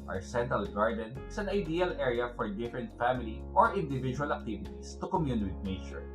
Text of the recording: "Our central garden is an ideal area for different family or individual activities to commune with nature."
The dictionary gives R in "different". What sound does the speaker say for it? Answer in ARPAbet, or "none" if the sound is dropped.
R